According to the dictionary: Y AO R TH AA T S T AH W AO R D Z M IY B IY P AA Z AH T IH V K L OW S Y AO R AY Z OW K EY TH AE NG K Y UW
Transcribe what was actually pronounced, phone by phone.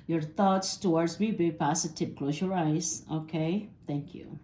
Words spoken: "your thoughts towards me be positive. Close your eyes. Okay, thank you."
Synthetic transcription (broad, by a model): Y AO R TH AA T S T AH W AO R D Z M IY B IY P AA S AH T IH P K L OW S Y AO R AY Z OW K EY T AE NG K Y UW